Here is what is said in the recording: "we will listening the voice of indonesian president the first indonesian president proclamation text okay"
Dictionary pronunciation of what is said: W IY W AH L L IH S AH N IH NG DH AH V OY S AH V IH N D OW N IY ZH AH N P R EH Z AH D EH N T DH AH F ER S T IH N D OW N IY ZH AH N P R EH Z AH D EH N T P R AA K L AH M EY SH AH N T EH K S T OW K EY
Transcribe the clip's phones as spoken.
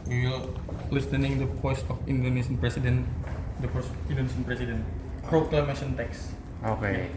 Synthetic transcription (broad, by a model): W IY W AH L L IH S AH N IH NG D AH P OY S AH F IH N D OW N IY S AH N P R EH S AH D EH N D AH P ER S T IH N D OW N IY S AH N P R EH S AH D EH N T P R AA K L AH M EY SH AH N T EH K S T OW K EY